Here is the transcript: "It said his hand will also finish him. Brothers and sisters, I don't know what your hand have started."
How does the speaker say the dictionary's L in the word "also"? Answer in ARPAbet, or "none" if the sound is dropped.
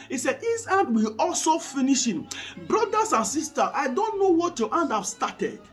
L